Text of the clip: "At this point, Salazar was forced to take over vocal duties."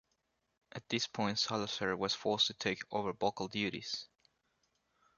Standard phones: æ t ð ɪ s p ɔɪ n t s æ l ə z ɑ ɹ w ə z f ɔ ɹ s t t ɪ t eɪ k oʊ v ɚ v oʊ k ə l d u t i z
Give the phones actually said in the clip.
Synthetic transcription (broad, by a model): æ t ð ɪ s p ɔɪ n t s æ l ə s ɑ ɹ w ə z f ɔ ɹ s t t ɪ t eɪ k oʊ v ɚ b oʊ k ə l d u t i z